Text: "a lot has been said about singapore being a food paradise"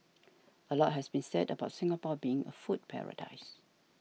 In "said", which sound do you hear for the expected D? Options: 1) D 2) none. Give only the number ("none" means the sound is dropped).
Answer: 1